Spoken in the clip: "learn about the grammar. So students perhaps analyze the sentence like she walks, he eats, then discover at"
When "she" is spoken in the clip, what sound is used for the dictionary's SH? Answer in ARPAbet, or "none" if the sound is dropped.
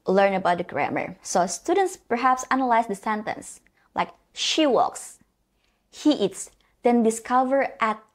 SH